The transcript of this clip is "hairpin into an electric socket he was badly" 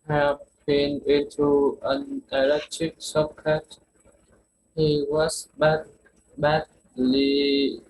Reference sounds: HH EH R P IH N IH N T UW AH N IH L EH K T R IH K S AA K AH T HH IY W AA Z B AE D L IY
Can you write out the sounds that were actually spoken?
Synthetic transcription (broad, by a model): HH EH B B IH N IH N T UW AH N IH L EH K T IH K S AA K AH T HH IY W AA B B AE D L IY